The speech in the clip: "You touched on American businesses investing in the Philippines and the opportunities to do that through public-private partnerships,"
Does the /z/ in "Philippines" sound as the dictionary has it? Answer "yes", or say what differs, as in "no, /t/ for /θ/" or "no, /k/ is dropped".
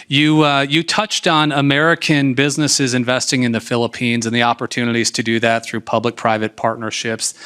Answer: yes